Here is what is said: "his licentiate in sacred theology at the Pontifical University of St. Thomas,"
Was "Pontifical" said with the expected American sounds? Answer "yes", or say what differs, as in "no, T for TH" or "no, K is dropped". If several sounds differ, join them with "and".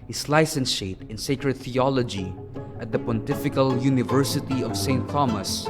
yes